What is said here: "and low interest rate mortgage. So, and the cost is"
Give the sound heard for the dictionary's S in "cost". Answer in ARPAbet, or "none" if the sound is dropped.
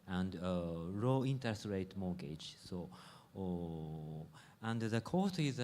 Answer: none